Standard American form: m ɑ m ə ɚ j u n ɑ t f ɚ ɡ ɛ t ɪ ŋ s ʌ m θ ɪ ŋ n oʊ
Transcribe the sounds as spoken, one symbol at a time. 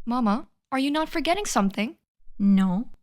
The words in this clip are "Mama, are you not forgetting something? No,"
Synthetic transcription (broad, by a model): m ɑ m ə ɚ j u n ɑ t f ɚ ɡ ɛ t ɪ ŋ s ʌ m θ ɪ ŋ n oʊ